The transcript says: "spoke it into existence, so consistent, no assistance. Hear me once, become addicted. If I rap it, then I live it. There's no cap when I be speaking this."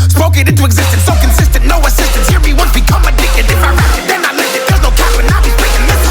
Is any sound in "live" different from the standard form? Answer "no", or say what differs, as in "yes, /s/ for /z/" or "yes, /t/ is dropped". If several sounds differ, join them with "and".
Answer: yes, /v/ is dropped